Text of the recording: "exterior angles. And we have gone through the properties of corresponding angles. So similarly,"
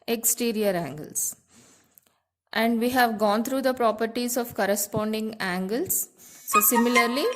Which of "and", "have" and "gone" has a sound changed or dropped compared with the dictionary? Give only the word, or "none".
none